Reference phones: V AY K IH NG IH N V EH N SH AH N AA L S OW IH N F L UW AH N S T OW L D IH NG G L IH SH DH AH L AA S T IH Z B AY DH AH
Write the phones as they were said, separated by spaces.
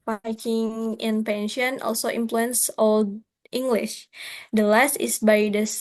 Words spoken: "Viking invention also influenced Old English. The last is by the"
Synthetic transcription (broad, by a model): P AY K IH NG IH N P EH N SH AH N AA L S OW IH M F L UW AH N S OW L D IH NG G L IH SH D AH L AA S T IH S B AY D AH